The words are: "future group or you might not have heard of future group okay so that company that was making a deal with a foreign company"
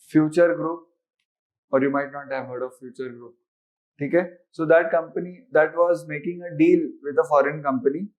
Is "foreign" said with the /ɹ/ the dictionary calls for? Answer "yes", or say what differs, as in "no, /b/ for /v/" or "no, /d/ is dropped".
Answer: yes